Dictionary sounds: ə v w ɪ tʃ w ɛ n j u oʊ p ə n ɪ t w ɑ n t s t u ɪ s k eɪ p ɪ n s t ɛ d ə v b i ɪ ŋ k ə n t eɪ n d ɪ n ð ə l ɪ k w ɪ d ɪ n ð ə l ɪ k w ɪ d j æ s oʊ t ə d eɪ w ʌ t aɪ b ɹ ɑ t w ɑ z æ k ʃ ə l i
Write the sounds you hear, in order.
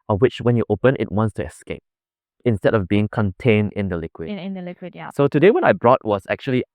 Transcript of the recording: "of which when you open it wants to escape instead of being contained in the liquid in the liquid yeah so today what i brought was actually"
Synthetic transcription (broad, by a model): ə w ɪ tʃ w ɛ n j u oʊ p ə n ɪ t w ɑ n t s t u ɪ s k eɪ p ɪ n s t ɛ d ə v b i ɪ ŋ k ə n t eɪ n d ɪ n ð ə l ɪ k w ɪ d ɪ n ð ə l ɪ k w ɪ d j s oʊ t ə d eɪ w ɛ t aɪ b ɹ ɑ t w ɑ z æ k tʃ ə l i